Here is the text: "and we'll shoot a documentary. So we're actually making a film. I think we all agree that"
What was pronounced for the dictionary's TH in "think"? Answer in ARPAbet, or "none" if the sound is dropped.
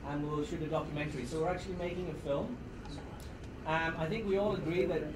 TH